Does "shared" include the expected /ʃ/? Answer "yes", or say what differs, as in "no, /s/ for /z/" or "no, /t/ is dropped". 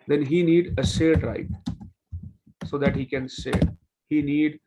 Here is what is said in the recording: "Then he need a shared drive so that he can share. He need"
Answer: no, /s/ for /ʃ/